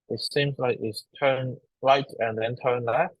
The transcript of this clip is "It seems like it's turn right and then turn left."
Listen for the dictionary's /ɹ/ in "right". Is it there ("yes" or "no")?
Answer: yes